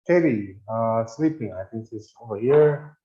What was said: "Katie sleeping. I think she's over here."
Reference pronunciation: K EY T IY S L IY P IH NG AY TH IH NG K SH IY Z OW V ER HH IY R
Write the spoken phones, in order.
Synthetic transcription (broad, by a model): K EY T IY S L IY P IH NG AY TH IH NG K S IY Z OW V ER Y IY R